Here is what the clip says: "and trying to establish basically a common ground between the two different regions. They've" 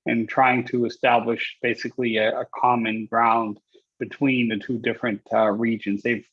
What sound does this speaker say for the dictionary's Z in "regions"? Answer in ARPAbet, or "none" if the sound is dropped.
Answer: Z